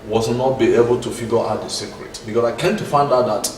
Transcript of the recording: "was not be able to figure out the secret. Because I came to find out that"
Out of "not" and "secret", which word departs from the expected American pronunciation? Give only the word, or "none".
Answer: none